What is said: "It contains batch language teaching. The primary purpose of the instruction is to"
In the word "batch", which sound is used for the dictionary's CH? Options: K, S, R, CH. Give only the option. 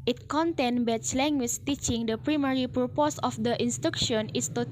S